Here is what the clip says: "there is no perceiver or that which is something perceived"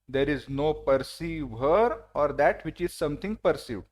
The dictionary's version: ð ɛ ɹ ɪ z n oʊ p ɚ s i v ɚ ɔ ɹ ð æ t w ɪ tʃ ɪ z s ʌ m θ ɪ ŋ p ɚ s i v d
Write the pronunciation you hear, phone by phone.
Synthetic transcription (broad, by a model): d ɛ ɹ ɪ z n oʊ p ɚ s i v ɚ ɔ ɹ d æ t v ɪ tʃ ɪ z s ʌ m t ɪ ŋ p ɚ s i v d